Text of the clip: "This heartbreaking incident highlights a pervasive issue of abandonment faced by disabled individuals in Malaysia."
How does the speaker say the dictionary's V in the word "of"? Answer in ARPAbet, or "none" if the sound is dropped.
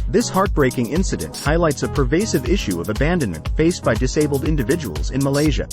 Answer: V